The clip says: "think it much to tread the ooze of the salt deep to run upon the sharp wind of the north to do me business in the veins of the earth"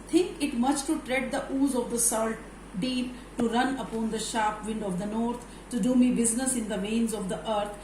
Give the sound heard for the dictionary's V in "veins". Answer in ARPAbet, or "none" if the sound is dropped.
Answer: V